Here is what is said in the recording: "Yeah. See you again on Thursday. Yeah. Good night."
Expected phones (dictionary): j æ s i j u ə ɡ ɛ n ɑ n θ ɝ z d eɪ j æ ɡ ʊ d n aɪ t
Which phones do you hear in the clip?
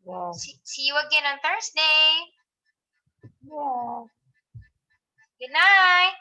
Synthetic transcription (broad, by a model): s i s i j u ə ɡ ɛ n ɑ n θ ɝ s d eɪ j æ ɡ ʊ d n aɪ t